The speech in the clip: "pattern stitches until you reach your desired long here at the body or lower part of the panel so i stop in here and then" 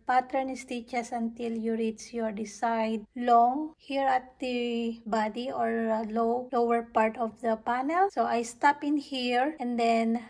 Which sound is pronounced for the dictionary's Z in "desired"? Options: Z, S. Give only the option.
S